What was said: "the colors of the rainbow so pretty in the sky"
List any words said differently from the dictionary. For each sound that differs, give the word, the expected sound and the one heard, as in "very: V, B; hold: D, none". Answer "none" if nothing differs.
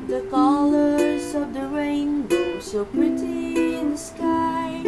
none